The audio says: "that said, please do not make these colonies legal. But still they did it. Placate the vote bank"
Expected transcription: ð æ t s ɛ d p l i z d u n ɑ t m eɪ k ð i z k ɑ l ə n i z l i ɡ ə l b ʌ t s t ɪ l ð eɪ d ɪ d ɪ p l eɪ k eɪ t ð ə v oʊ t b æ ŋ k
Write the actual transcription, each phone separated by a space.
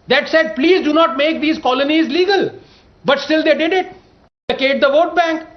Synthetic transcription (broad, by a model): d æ t s ɛ d p l i z d u n ɑ t m eɪ k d i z k ɑ l ə n i z l i ɡ ə l b ʌ t s t ɪ l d eɪ d ɪ d ɪ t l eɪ k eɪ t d ə v oʊ t b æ ŋ k